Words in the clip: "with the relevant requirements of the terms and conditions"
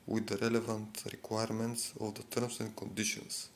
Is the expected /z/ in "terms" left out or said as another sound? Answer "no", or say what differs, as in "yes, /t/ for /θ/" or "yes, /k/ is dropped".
yes, /s/ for /z/